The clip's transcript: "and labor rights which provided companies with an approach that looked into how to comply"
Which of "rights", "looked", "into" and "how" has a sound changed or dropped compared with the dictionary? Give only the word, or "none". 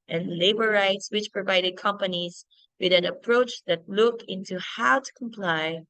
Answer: looked